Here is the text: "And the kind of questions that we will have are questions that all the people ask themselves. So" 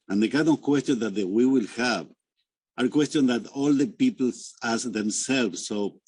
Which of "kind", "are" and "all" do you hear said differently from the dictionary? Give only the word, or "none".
kind